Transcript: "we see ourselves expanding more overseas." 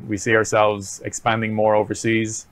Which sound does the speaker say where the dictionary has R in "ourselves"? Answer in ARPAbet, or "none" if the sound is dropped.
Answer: R